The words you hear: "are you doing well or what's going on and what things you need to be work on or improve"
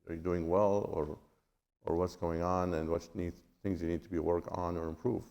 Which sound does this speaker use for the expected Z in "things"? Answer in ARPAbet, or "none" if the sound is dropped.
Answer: Z